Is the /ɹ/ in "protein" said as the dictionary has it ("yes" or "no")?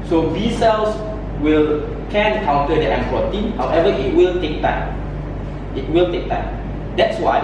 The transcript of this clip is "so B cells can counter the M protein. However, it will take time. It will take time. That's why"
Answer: no